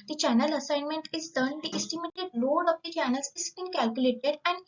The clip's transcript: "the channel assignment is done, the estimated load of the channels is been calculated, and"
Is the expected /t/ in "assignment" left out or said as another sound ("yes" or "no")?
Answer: no